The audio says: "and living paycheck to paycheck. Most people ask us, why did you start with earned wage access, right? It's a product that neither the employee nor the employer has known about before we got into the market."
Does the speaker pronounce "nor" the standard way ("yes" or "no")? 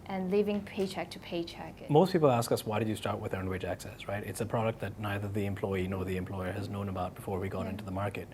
yes